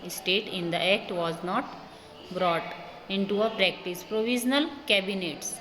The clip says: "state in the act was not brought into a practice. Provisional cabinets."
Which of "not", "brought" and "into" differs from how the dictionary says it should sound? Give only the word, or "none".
none